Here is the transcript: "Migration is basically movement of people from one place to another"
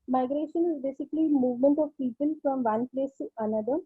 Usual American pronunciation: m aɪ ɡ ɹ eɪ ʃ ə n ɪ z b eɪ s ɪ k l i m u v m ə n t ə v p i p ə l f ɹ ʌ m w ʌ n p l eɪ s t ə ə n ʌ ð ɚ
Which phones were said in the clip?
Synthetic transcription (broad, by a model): m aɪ ɡ ɹ eɪ ʃ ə n ɪ z b eɪ s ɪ k l i m u v m ə n t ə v p i p ə l f ɹ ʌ m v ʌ n p l eɪ s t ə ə n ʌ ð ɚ